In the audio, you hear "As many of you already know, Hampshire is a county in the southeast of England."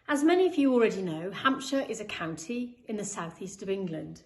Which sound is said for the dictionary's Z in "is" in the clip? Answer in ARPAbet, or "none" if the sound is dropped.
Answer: Z